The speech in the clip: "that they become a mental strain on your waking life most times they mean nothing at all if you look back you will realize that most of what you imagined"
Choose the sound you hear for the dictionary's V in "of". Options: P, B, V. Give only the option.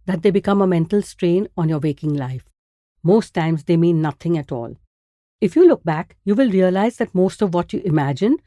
V